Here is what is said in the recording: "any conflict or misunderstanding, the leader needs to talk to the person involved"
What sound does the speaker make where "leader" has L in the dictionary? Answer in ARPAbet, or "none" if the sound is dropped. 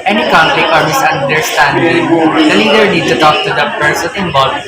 N